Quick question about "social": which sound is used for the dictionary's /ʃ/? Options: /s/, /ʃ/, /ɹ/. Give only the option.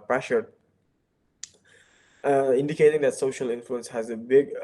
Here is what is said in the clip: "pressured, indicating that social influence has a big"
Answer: /ʃ/